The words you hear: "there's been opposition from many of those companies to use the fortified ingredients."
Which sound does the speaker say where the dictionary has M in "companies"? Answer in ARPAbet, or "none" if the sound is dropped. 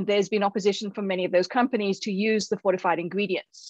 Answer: M